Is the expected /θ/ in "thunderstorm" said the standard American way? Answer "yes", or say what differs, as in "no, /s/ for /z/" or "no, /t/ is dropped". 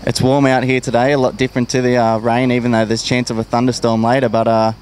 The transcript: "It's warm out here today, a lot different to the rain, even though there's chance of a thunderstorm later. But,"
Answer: yes